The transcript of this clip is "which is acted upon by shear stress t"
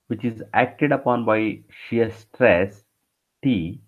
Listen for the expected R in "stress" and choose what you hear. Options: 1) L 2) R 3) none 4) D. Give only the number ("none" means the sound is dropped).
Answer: 2